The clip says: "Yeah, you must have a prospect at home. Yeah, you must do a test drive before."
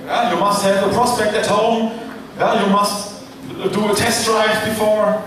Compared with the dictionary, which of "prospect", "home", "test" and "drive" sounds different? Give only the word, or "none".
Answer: drive